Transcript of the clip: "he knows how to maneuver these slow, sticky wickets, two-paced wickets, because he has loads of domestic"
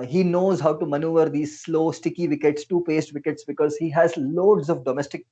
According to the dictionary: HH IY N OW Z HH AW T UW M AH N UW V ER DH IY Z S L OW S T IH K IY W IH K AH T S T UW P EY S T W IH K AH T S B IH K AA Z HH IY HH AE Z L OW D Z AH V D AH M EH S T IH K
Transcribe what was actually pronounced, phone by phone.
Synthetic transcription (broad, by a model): HH IY N OW Z HH AW T UW M AH N UW V ER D IY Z S L OW S T IH K IY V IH K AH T S T UW P EY S T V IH K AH T S B IH K AA Z HH IY HH AE Z L OW D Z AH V D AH M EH S T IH K